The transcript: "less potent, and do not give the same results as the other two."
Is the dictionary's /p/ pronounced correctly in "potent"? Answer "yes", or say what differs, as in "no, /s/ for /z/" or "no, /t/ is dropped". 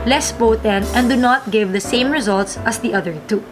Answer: no, /b/ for /p/